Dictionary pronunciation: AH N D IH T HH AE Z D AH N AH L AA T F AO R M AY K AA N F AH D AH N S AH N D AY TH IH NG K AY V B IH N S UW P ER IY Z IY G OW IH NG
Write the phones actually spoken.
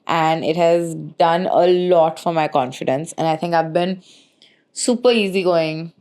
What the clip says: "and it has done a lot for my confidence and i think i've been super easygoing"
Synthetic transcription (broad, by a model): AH N D IH T HH AE Z D AH N AH L AA T F AO R M AY K AA N F AH D AH N S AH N AY T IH NG K AY V B IH N S UW P ER IY Z IY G OW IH NG